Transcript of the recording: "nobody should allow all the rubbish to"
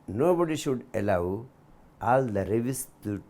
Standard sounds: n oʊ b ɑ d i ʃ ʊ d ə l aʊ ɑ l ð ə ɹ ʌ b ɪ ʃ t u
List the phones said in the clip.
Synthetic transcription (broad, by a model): n oʊ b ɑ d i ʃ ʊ d ə l aʊ ɑ l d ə ɹ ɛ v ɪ s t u